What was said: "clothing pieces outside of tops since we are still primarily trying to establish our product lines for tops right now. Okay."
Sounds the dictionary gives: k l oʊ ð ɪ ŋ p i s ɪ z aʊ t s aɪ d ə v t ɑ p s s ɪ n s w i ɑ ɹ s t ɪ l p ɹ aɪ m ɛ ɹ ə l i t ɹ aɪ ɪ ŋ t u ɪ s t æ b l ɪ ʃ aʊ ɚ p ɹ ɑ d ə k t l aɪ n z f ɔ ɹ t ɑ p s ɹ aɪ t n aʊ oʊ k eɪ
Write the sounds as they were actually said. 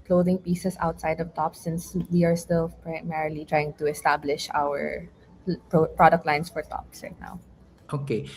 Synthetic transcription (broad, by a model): k l oʊ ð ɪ ŋ p i s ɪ s aʊ t s aɪ d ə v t ɑ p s s ɪ n s w i ɑ ɹ s t ɪ l p ɹ aɪ m ɛ ɹ ə l i t ɹ aɪ ɪ ŋ t u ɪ s t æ b l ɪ ʃ aʊ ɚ p ɹ ɑ d ə k t l aɪ n s f ɔ ɹ t ɑ p s ɹ aɪ t n aʊ oʊ k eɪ